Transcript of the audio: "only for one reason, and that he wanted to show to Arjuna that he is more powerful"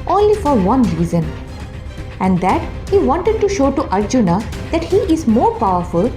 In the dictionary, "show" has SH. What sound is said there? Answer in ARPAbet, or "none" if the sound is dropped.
SH